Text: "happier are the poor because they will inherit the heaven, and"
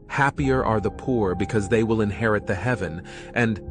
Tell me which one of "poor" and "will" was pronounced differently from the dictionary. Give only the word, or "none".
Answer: none